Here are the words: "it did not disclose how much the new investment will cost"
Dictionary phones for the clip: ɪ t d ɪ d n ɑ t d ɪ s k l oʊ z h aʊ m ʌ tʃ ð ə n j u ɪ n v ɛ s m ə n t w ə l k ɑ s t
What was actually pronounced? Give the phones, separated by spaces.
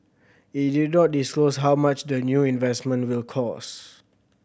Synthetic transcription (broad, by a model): ɪ t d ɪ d n ɑ t d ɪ s k l oʊ s h aʊ m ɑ tʃ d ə n j u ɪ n v ɛ s m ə n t w ə l k ɑ s